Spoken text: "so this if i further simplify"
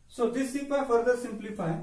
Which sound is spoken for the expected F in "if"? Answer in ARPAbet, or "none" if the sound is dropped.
P